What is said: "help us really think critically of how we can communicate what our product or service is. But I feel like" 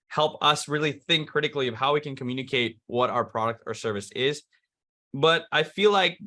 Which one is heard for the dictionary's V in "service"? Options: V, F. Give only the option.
V